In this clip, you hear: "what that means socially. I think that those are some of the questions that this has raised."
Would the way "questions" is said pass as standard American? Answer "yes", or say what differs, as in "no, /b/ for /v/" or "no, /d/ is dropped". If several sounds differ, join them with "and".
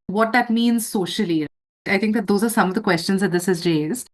yes